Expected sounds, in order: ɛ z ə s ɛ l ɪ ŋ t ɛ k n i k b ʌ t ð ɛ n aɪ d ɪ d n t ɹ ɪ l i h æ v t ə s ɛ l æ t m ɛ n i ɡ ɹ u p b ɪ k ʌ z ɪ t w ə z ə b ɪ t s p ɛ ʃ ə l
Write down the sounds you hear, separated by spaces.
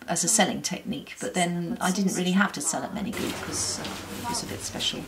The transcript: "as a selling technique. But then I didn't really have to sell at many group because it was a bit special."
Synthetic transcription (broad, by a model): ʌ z ə s ɛ l ɪ ŋ t ɛ k n i k b ʌ t ð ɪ n aɪ d ɪ d n t ɹ ɪ l i h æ f t ə s ɛ l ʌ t m ɛ n i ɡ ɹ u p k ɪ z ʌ ɪ t w ə z ə b ɪ t s p ɛ ʃ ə l